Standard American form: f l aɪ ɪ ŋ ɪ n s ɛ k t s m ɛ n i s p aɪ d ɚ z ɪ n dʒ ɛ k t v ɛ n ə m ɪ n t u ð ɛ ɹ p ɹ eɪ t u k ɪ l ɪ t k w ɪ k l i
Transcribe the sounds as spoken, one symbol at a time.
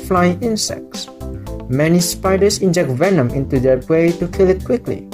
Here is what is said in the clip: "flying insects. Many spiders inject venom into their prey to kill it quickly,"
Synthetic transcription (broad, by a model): f l aɪ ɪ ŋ ɪ n s ɛ k t s m ɛ n i s p aɪ d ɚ s ɪ n dʒ ɛ k t v ɛ n ə m ɪ n t u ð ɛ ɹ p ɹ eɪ t u k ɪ l ɪ t k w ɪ k l i